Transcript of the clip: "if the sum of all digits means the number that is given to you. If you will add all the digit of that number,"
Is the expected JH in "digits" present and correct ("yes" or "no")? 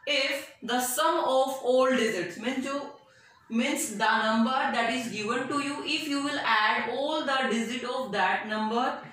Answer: no